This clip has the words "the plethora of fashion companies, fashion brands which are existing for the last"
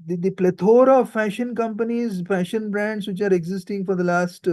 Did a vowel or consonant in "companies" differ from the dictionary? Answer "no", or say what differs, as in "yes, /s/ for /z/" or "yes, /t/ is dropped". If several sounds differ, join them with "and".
no